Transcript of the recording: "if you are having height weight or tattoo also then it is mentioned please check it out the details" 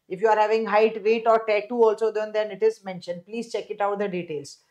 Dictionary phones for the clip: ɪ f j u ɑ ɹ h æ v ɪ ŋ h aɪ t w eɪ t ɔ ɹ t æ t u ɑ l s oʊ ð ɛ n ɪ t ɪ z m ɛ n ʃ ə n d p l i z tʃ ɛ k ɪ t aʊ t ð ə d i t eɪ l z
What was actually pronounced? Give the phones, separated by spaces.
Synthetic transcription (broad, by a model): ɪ f j u ɑ ɹ h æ v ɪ ŋ h aɪ t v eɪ t ɔ ɹ t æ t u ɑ l s oʊ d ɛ n ɪ t ɪ z m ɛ n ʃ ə n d p l i z tʃ ɛ k ɪ t aʊ t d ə d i t eɪ l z